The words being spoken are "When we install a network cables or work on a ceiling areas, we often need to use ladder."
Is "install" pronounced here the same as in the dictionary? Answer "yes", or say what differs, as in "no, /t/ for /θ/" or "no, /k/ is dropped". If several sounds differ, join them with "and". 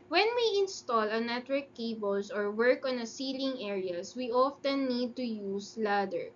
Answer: yes